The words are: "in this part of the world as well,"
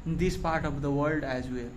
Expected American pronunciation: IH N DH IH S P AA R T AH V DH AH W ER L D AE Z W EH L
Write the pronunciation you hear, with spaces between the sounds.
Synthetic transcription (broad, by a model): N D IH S P AA R T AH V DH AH W ER L D AE Z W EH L